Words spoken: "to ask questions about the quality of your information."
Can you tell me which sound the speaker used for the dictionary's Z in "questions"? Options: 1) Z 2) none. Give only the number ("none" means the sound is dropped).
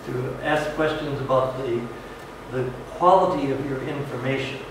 1